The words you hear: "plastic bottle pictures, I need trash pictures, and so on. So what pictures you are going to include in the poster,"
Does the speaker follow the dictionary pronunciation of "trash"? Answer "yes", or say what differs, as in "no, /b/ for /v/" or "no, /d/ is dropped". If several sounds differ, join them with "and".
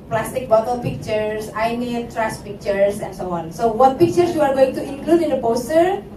no, /s/ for /ʃ/